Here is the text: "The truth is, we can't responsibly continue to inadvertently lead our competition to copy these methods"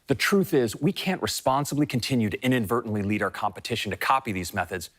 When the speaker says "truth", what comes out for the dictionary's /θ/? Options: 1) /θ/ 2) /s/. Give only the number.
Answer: 1